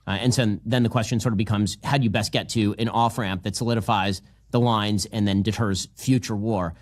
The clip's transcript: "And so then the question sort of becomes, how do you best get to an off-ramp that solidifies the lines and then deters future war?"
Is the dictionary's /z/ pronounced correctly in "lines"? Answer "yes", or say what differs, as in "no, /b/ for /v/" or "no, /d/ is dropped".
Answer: yes